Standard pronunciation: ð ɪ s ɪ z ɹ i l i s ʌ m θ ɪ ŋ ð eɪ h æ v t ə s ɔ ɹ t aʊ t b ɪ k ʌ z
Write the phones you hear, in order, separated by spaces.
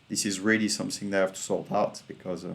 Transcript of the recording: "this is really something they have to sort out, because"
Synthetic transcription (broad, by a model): ð ɪ s ɪ z ɹ i l i s ʌ m θ ɪ ŋ ð eɪ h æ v t ə s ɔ l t aʊ t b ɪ k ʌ z